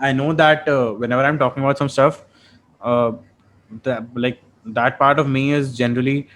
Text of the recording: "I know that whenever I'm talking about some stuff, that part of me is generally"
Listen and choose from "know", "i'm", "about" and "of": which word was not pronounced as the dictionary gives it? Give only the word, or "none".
none